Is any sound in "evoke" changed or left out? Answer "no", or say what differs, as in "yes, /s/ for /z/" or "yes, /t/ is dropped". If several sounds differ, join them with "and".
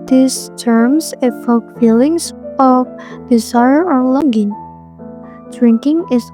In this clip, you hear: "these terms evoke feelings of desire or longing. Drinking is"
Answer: yes, /f/ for /v/